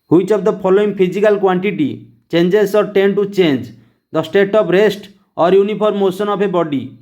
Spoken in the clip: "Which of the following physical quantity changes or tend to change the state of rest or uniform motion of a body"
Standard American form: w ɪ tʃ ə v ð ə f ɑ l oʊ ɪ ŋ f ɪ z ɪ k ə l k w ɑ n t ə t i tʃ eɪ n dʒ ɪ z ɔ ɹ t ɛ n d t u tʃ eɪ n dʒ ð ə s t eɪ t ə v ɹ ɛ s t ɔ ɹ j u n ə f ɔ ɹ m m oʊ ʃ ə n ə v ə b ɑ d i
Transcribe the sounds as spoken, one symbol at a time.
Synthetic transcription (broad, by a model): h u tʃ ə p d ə p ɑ l oʊ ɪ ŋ p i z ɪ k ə l k w ɑ n t ə t i tʃ eɪ n dʒ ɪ s ɔ ɹ t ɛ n t u tʃ eɪ n dʒ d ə s t eɪ t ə p ɹ ɛ s t ɔ ɹ j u n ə p ɔ ɹ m m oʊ s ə n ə p ə b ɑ d i